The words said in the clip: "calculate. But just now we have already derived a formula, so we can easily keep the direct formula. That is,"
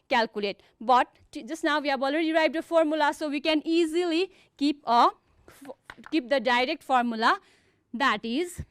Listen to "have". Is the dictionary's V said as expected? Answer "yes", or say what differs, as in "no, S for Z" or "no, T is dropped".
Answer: no, B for V